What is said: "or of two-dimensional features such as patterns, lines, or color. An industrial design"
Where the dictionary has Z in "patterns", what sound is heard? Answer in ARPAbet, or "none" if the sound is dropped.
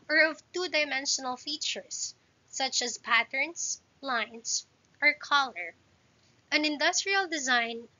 S